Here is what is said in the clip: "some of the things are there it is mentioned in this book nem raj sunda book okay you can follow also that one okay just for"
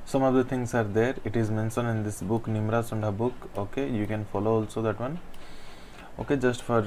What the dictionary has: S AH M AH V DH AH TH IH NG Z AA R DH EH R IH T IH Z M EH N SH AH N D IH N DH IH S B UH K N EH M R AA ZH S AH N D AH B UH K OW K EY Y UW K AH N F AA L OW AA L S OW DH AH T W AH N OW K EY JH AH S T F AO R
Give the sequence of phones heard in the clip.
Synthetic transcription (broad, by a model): S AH M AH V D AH T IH NG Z AA R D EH R IH T IH Z M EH N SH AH N IH N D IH S B UH K N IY M R AA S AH N D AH B UH K OW K EY Y UW K AH N F AA L OW AA L S OW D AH T W AH N OW K EY JH AH S T F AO R